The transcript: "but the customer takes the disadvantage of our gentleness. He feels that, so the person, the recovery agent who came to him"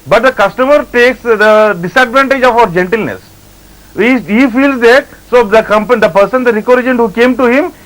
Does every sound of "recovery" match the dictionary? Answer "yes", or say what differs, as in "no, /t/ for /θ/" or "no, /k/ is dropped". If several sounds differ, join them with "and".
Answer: no, /v/ is dropped